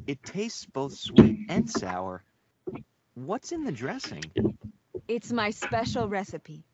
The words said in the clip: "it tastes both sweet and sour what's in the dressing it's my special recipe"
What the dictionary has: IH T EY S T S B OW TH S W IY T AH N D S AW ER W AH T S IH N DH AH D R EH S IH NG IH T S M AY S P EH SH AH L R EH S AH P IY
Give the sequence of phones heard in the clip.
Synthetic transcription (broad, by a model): IH T EY S T S B OW TH S W IY T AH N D S AW ER W AH T S IH N DH AH D R EH S IH NG IH T S M AY S P EH SH AH L R EH S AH P IY